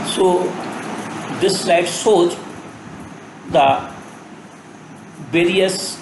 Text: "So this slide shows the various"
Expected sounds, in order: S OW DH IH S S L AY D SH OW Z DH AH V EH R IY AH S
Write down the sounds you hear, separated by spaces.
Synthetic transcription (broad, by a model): S OW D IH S S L AY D S OW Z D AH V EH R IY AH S